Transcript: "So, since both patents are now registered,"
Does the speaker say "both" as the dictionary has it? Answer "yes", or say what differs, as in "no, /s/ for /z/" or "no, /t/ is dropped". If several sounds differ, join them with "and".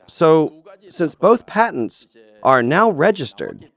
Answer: yes